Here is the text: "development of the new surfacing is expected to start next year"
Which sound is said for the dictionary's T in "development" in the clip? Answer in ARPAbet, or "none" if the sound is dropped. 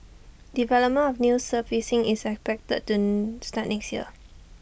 none